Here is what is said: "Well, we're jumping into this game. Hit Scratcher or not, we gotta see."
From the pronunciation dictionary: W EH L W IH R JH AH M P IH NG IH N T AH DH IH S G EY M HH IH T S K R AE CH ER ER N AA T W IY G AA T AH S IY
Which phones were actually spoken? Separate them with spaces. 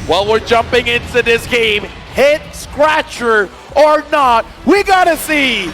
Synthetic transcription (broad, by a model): W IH L W IH R JH AH M P IH NG IH N T AH DH IH S G EY M HH IH T S K R AE CH ER ER N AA T W IY G AA T AH S IY